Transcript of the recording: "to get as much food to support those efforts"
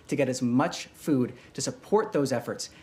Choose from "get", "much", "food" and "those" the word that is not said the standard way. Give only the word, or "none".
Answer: none